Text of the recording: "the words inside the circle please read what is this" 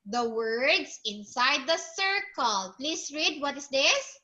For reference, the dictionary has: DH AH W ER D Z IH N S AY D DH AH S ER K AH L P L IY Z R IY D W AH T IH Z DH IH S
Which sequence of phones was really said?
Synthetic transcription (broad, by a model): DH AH W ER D S IH N S AY D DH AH S ER K AH L P L IY S R IY D W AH T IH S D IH S